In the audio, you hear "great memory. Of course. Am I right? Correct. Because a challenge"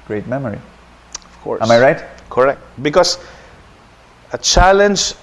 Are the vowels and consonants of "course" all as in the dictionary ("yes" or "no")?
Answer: no